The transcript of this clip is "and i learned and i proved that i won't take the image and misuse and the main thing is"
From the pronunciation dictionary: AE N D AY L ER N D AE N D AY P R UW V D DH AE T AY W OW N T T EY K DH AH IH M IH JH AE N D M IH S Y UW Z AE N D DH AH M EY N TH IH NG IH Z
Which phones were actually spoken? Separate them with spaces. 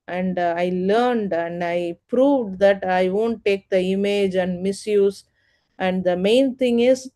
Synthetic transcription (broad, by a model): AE N D AY L ER N D AE N D AY P R UW V D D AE T AY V OW N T T EY K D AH IH M IH JH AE N D M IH S Y UW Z AE N D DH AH M EY N T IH NG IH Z